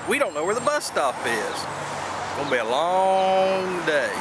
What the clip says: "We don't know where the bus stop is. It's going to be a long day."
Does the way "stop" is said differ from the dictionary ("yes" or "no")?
yes